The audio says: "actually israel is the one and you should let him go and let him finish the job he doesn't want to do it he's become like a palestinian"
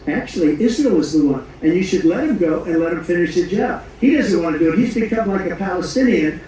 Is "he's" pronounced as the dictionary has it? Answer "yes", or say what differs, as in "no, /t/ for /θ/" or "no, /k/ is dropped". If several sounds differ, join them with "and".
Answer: yes